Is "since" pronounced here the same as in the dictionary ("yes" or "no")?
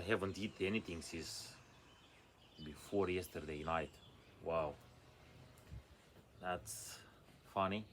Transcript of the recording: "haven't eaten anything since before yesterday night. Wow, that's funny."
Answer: no